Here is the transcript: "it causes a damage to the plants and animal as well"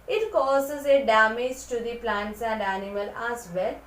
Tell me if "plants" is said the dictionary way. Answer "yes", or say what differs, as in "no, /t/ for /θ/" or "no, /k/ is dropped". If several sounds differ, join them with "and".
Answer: yes